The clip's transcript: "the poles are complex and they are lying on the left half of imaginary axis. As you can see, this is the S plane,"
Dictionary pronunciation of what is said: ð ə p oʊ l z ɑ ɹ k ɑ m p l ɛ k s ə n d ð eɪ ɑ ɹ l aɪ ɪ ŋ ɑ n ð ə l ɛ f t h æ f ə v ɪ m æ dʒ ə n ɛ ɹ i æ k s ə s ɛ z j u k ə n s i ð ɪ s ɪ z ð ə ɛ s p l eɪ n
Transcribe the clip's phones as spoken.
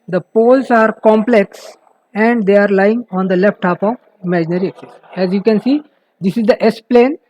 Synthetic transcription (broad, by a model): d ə p oʊ l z ɑ ɹ k ɑ m p l ɛ k s ə n d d eɪ ɑ ɹ l aɪ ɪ ŋ ɑ n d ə l ɛ f t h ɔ p ə v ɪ m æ dʒ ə n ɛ ɹ i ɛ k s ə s ɛ z j u k ə n s i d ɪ s ɪ z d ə ɛ s p l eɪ n